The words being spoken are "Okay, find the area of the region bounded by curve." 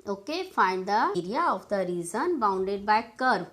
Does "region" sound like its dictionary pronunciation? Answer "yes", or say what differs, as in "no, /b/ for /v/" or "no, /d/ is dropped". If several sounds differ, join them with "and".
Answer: no, /z/ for /dʒ/